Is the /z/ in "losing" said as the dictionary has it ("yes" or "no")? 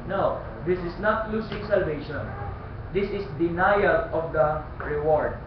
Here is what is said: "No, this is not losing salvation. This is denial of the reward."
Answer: no